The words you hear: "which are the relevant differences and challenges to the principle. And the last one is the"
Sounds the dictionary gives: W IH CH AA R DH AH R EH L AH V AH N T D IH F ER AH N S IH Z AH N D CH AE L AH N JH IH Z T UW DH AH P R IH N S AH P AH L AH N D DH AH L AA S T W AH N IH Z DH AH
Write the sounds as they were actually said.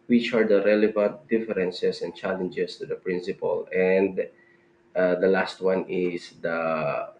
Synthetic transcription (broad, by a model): W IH CH AA R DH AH R EH L AH V AH N T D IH F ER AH N S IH S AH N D CH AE L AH N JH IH S T UW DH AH P R IH N S AH P AH L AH N D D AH L AA S T W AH N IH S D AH